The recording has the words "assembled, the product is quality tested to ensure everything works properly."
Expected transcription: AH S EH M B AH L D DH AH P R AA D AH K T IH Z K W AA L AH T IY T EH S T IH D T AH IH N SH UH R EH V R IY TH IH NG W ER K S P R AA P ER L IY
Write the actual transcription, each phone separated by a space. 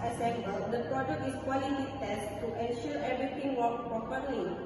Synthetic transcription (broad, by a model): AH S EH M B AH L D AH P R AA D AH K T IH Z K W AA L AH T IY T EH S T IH T AH N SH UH R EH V R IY T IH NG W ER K P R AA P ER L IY